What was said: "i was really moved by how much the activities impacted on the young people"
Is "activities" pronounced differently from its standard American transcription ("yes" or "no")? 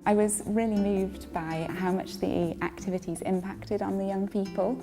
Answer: no